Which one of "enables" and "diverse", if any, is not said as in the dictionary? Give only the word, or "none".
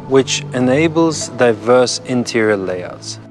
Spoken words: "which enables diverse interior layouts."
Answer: none